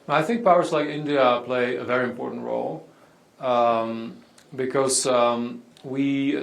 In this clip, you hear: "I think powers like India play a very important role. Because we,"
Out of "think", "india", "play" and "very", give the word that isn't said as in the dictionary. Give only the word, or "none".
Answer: none